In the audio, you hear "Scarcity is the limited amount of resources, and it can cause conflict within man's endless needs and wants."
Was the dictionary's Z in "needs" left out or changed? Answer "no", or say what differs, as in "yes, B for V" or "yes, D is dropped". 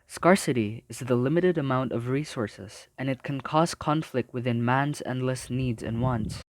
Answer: no